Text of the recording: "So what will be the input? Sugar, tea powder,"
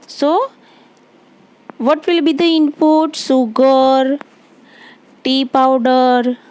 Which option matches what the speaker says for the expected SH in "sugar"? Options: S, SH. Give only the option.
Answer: S